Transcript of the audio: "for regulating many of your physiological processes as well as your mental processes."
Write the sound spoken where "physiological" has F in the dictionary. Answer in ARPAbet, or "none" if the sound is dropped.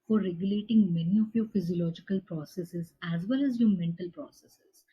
F